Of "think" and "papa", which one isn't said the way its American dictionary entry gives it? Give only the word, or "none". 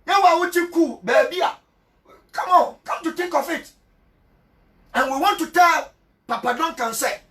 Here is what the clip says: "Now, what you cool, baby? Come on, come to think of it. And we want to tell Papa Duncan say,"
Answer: think